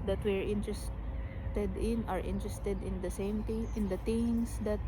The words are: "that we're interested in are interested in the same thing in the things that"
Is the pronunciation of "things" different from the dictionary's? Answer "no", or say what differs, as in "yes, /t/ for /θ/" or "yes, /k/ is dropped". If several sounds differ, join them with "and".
yes, /t/ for /θ/